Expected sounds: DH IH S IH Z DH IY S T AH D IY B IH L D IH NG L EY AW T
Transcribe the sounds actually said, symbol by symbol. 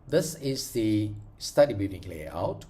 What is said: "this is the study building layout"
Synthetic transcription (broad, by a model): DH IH S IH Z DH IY S T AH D IY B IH D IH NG L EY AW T